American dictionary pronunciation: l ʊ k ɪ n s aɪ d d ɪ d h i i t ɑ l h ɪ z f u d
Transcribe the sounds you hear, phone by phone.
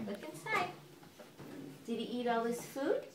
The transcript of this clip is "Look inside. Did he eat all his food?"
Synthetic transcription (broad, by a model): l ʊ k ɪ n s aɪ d d ɪ d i i t ɑ l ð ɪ s f u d